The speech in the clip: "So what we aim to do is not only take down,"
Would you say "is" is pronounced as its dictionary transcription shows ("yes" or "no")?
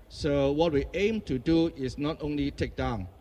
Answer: no